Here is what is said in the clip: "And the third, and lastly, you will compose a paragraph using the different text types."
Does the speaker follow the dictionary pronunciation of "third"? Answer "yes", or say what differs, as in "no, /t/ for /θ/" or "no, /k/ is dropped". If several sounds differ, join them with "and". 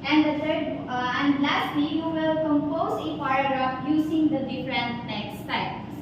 no, /t/ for /θ/